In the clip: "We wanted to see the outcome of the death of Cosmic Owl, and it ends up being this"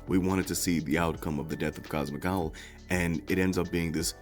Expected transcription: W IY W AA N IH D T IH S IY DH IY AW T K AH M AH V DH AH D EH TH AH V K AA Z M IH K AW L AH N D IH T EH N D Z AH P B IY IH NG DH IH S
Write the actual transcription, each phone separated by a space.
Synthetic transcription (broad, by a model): W IY W AA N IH D T IH S IY DH IY AW T K AH M AH V DH AH D EH TH AH V K AA Z M IH K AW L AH N IH T EH N D Z AH P B IY IH NG DH IH S